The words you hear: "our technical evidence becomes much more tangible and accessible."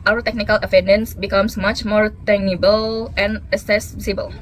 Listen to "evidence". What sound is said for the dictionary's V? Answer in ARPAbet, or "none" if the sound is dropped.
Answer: F